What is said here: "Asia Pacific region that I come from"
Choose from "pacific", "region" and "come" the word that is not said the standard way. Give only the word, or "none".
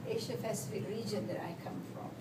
pacific